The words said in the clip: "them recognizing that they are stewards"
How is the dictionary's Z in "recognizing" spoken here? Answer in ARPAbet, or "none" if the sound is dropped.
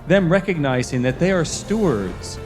Z